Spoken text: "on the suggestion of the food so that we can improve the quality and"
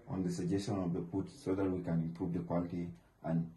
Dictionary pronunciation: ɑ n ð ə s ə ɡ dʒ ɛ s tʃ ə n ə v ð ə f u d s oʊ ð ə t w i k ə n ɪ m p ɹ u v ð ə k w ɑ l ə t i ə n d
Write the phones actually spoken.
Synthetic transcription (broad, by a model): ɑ n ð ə s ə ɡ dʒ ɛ s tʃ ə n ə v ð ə p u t s oʊ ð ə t w i k ə n ɪ m p ɹ u v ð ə k w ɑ l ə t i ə n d